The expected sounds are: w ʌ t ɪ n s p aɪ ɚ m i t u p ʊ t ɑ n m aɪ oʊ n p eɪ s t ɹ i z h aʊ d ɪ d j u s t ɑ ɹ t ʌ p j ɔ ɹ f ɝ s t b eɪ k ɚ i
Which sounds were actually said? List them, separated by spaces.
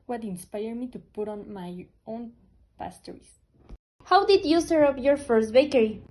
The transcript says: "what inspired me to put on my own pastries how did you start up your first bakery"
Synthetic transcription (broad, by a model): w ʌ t ɪ n s p aɪ ɚ m i t u p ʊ t ɑ n m aɪ oʊ n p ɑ s t ɹ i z h aʊ d ɪ d j u s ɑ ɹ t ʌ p j ɔ ɹ f ɝ s t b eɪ k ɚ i